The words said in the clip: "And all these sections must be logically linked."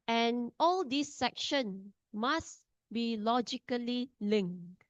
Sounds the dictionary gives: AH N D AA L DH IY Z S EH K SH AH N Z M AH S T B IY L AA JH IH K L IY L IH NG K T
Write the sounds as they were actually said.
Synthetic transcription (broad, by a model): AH N AA L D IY S EH K SH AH N M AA S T B IY L AA JH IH K L IY L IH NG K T